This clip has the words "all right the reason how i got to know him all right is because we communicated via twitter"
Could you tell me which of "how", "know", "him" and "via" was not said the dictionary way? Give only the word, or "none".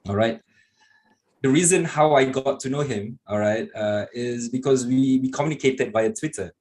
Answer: via